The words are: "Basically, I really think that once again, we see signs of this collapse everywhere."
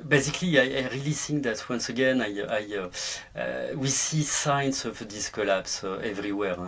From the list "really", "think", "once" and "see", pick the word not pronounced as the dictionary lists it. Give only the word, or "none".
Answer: think